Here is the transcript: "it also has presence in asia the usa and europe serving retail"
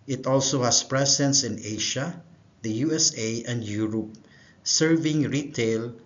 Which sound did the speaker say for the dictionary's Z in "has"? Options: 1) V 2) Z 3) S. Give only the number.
3